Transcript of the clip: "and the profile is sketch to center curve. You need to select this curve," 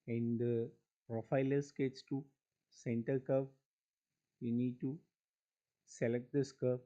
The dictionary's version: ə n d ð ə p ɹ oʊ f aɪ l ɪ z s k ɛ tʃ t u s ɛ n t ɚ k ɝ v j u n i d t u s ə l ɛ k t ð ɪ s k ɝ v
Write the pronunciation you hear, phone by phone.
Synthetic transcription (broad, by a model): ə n d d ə p ɹ oʊ f aɪ l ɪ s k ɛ s t u s ɛ n t ɚ k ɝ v j u n i d t u s ə l ɛ k t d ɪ s k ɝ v